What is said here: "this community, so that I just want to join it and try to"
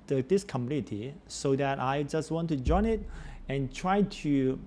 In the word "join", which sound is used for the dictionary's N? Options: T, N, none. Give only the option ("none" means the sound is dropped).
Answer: N